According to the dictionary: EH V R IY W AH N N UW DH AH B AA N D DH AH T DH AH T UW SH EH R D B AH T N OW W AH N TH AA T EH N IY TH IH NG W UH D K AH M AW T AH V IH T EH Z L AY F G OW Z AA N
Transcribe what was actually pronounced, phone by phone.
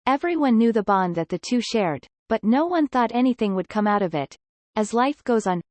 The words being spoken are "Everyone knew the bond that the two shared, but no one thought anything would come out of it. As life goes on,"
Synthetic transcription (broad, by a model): EH V R IY W AH N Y UW DH AH B AA N DH AH T DH AH T UW SH EH R D B AH T N OW W AH N TH AA T EH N IY TH IH NG W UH D K AH M AW T AH V IH T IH Z L AY F G OW Z N